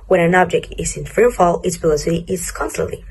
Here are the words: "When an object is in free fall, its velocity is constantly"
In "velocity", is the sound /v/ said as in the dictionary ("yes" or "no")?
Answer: no